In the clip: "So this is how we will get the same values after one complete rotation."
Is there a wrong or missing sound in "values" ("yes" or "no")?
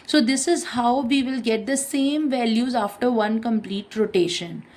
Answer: no